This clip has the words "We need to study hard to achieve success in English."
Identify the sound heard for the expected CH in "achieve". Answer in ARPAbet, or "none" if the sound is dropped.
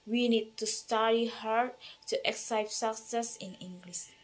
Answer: none